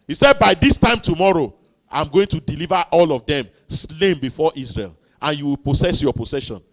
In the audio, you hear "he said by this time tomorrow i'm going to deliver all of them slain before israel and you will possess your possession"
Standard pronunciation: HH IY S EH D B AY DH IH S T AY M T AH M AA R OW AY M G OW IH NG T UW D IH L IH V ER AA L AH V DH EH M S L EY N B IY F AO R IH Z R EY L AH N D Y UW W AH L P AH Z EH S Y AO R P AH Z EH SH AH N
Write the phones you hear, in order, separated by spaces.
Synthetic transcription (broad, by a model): HH IY S EH D B AY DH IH S T AY M T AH M AA R OW AY M G OW IH NG T UW D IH L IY V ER AA L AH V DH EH M S L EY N B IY F AO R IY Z R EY L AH N Y UW W AH L P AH S EH S Y AO P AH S EH SH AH N